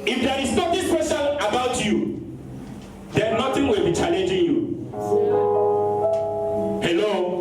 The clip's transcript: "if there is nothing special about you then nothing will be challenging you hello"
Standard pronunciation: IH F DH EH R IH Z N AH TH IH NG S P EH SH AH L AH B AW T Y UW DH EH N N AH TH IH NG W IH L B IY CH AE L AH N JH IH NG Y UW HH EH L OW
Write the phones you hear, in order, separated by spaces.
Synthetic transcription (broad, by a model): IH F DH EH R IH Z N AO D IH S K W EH S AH N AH B AW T Y UW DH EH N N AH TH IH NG W IH L B IY CH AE L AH N JH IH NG Y UW HH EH L OW